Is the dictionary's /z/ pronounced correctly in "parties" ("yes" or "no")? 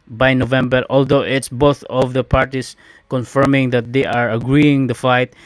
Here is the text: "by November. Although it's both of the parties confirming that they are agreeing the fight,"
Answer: no